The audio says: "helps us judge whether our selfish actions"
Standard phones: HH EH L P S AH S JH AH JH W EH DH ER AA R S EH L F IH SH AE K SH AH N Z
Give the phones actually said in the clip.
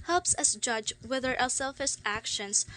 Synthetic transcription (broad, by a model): HH EH L P S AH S JH AH JH W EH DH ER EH L S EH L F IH S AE K SH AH N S